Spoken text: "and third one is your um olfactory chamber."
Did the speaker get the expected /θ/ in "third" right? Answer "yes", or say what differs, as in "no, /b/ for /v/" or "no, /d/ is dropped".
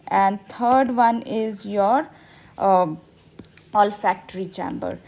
no, /t/ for /θ/